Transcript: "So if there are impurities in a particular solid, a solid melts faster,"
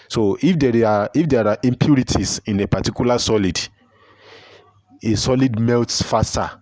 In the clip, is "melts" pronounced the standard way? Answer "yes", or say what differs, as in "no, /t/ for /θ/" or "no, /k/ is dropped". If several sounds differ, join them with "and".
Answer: yes